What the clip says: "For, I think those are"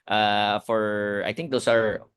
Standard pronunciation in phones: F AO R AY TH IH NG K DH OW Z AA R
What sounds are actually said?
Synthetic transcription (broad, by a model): F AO R AY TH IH NG K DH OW S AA R